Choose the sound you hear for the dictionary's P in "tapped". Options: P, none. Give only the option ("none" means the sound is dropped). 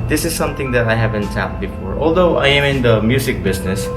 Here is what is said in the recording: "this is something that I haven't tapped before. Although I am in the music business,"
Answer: none